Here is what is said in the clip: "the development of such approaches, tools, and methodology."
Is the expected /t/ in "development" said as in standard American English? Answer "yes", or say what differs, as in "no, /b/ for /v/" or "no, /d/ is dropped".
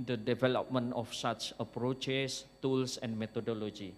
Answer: no, /t/ is dropped